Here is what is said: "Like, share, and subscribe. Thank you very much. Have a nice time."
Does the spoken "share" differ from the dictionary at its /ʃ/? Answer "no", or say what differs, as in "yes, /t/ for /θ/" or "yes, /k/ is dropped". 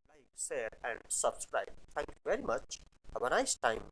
yes, /s/ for /ʃ/